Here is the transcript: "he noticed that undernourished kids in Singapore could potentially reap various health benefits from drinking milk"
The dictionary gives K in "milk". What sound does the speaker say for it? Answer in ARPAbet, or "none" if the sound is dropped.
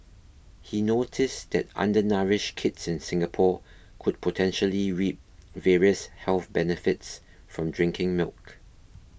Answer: K